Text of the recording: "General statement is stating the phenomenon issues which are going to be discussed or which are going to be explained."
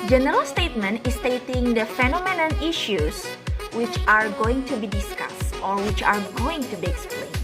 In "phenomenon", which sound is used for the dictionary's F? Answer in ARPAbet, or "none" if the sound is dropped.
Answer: F